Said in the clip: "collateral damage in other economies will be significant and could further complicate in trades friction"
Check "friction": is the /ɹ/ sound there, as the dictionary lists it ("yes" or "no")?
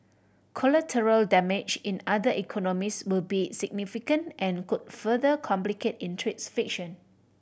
no